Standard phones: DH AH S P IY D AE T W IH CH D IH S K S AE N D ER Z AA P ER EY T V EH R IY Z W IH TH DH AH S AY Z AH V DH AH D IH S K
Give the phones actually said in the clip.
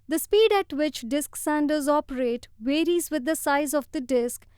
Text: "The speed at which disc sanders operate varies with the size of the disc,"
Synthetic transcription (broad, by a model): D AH S P IY D AE T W IH CH D IH S K S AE N D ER Z AA P ER EY T V EH R IY Z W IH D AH S AY Z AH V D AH D IH S K